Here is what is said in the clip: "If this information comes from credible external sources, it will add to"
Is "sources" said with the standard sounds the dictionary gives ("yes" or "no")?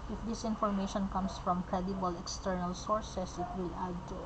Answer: no